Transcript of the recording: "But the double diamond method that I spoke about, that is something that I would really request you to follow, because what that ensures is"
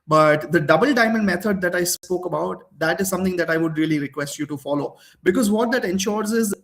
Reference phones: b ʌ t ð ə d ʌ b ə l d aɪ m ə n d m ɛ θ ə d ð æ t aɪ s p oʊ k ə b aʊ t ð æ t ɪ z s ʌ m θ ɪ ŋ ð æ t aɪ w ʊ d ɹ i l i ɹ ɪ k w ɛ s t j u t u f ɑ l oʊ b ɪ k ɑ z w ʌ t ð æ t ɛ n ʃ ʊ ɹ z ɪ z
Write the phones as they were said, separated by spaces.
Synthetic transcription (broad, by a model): b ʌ t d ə d ʌ b ə l d aɪ m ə n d m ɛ t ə d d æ t aɪ s p oʊ k ə b aʊ t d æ t ɪ z s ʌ m t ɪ ŋ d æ t aɪ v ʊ d ɹ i l i ɹ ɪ k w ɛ s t j u t u f ɑ l oʊ b ɪ k ɑ z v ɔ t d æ t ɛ n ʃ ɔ ɹ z ɪ z